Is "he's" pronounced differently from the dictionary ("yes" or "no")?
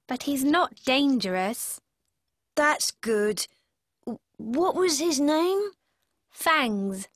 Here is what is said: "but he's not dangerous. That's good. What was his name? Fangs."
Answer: no